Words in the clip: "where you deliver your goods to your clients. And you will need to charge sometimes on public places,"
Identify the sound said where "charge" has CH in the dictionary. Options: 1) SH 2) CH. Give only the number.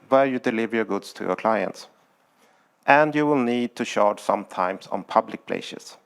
1